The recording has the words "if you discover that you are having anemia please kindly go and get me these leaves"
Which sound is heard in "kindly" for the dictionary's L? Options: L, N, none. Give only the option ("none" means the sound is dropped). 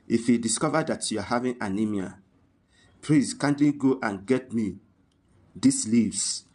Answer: none